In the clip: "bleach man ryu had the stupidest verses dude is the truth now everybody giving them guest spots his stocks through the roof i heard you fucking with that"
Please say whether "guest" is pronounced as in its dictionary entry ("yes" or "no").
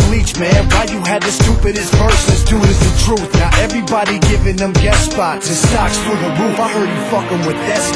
no